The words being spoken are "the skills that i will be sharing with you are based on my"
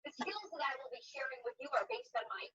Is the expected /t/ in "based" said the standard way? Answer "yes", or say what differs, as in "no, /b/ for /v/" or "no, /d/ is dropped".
yes